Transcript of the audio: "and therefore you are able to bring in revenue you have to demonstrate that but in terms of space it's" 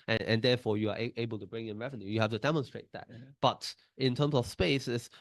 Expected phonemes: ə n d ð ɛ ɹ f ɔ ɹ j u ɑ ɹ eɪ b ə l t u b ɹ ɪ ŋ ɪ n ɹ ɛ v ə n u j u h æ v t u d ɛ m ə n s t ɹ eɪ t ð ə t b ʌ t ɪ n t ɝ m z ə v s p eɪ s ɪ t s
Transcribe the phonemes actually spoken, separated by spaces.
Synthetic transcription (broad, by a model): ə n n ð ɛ f ɔ j u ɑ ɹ eɪ b ə l t u b ɹ ɪ ŋ ɪ n ɹ ɛ v ə n u j u h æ f t u d ɛ m ə n s t ɹ eɪ t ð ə t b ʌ t ɪ n t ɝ m s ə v s p eɪ s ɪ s